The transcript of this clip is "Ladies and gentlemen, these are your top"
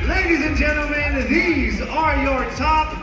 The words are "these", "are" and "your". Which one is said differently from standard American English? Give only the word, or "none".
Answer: none